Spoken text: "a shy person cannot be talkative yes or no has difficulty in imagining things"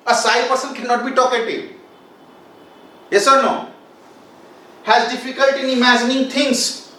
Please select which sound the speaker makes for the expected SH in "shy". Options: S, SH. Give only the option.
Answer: S